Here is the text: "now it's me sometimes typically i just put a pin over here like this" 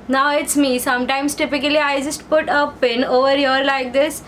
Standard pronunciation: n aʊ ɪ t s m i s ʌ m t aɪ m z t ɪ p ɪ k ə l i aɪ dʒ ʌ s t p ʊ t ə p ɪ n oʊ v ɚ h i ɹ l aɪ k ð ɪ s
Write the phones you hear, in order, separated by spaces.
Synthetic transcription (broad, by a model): n aʊ ɪ t s m i s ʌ m t aɪ m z t ɪ p ɪ k ə l i aɪ dʒ ʌ s t p ʊ t ə p ɪ n oʊ v ɚ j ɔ ɹ l aɪ k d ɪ s